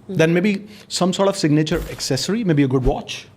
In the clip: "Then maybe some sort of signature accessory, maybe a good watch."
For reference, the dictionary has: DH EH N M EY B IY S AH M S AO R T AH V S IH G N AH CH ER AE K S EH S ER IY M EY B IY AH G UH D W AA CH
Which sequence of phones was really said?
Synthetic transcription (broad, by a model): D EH N M EY B IY S AH M S AO R T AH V S IH G N AH CH ER AE K S EH S ER IY M EY B IY AH G UH D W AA CH